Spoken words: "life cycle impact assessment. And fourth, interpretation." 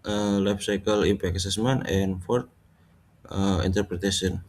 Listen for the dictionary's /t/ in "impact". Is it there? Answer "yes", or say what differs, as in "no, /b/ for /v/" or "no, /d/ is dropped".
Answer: no, /t/ is dropped